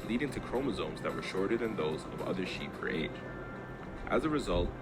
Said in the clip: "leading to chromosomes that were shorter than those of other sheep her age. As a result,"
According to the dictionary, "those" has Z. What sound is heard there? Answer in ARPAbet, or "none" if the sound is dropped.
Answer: Z